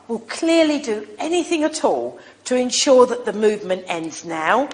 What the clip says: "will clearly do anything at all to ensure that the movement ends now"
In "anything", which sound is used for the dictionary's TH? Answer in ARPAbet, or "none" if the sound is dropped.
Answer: TH